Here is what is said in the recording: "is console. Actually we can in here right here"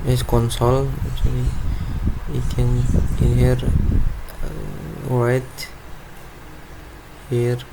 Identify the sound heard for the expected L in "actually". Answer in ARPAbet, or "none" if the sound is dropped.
none